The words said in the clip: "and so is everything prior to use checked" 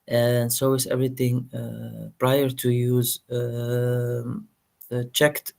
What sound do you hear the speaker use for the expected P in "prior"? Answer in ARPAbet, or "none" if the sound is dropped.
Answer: P